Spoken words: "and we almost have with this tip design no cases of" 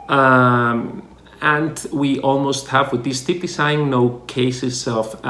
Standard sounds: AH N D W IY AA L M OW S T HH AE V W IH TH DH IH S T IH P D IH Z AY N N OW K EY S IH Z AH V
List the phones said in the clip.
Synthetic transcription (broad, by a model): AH N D W IY AA L M OW S T HH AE V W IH DH IH S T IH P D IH S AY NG N OW K EY S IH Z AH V